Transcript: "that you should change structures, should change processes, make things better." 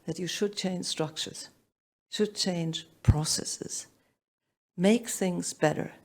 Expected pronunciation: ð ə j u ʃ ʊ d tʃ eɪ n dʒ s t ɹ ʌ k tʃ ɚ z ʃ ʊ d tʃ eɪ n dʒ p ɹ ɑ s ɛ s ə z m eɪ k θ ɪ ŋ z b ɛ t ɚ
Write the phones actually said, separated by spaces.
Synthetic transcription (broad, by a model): ð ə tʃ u ʃ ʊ d tʃ eɪ n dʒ s t ɹ ʌ k tʃ ɚ z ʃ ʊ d tʃ eɪ n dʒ p ɹ ɑ s ɛ s ə z m eɪ k θ ɪ ŋ z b ɛ t ɚ